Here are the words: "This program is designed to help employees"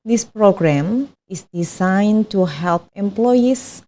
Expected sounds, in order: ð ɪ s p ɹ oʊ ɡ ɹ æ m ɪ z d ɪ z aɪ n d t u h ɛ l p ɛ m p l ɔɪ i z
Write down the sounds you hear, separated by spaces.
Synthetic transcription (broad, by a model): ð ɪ s p ɹ oʊ ɡ ɹ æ m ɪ s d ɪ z aɪ n t u h ɛ l p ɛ m p l ɔɪ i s